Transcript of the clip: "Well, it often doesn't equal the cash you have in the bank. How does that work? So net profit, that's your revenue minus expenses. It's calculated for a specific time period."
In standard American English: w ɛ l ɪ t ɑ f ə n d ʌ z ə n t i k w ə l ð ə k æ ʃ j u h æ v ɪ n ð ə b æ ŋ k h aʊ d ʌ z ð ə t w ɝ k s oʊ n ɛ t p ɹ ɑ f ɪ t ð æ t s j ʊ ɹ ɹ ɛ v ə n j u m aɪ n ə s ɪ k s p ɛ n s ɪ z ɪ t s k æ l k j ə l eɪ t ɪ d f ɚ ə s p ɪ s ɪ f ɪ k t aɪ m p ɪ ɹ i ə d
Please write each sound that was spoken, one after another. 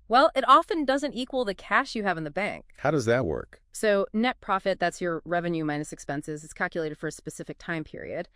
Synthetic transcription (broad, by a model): w ɛ l ɪ t ɑ f ə n d ʌ z ə n t i k w ə l ð ə k æ ʃ j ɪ v ɪ n ð ə b æ ŋ k h aʊ d ʌ z ð ə t w ɝ k s oʊ n ɛ t p ɹ ɑ f ɪ t ð æ t s j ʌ ɹ ɹ ɛ v ə n j u m aɪ n ə s ɪ k s p ɛ n s ɪ z ɪ t s k æ l k j ə l eɪ t ɪ d f ɚ ə s p ɪ s ɪ f ɪ k t aɪ m p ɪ ɹ i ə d